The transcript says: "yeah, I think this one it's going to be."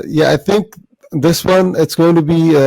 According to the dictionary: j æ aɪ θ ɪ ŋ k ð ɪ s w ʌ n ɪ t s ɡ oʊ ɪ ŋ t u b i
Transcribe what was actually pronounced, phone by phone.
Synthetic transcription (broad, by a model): j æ aɪ θ ɪ ŋ k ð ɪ s w ʌ n ɪ t s ɡ oʊ ɪ ŋ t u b i